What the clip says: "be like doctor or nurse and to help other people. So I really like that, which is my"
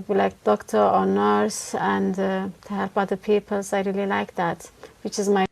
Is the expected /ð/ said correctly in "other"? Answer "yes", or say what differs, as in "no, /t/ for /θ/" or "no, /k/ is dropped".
no, /ð/ is dropped